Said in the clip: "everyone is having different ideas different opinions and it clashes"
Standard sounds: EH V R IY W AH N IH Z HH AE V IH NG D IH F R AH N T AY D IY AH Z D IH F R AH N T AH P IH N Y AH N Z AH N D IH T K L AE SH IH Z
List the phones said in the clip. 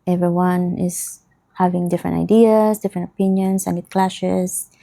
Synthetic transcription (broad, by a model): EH V R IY W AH N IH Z HH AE V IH NG D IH F R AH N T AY D IY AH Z D IH F R AH N T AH P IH N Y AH N S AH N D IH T K L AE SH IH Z